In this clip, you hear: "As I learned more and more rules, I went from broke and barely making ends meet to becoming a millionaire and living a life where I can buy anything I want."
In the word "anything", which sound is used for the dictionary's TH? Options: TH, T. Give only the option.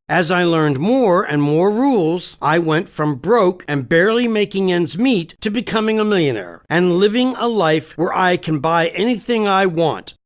TH